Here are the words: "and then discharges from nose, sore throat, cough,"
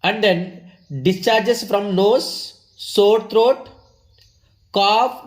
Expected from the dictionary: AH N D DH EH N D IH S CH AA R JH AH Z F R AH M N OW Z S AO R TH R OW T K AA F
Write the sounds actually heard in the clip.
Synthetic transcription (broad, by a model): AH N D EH N D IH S CH AA R JH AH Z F R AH M L OW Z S AO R T R OW T K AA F